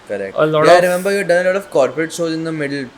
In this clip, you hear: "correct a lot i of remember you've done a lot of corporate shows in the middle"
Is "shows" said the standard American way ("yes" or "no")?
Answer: no